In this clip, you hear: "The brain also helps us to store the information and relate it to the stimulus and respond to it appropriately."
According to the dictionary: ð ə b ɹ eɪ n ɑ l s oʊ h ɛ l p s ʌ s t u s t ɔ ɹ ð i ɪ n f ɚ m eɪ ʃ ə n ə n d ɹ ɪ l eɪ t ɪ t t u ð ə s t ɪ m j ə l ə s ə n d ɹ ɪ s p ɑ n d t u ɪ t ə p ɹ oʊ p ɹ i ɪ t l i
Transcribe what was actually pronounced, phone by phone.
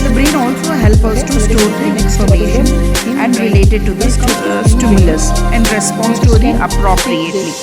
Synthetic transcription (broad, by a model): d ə b ɹ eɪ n ɑ l s oʊ h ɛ l p ʌ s t u s t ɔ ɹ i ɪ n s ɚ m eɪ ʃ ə n ə n d ɹ ɪ l eɪ t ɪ t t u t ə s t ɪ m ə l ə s ə n d ɹ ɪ s p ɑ n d t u ɪ t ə p ɹ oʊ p ɹ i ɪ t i